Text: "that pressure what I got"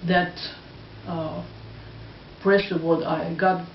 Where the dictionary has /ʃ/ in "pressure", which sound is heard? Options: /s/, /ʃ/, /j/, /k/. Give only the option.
/s/